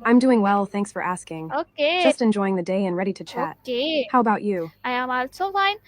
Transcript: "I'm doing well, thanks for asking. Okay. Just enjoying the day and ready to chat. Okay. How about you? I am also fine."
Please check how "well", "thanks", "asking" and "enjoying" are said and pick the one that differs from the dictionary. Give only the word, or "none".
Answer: none